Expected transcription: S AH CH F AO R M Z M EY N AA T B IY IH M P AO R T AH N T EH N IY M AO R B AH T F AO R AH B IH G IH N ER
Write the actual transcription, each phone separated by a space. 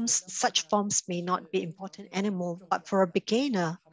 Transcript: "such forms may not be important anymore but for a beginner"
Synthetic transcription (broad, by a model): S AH CH F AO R M S M EY N AA T B IY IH M P AO T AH N T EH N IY M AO L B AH T F AO R AH B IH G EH N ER